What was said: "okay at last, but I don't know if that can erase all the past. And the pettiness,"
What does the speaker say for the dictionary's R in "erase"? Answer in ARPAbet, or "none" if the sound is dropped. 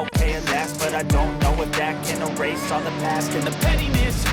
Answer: R